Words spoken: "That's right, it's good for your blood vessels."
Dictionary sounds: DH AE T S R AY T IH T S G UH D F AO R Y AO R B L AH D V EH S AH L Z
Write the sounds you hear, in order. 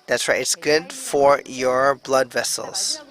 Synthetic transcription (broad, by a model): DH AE T S W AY IH T S G UH D F AO R Y AO R B L AH D V EH S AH L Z